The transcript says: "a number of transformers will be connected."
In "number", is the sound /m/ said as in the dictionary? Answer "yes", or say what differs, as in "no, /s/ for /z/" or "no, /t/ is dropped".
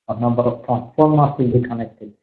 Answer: no, /m/ is dropped